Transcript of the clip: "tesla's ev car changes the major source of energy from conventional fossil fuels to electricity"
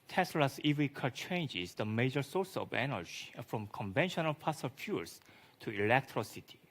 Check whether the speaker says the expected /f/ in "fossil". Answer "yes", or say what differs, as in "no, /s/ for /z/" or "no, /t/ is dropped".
no, /p/ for /f/